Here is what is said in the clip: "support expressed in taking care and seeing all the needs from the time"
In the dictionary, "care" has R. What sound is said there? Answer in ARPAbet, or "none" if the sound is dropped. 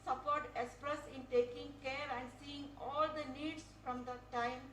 R